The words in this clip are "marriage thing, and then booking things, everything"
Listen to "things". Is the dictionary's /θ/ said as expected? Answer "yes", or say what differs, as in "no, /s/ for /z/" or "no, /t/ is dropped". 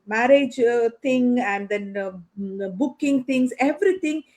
no, /t/ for /θ/